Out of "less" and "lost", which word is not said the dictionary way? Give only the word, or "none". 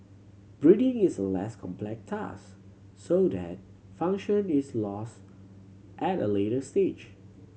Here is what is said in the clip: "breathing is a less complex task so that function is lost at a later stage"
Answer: none